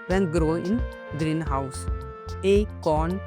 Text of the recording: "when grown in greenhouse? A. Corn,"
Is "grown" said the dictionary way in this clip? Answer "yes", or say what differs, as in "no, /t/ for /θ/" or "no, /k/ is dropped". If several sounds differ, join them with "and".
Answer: no, /n/ is dropped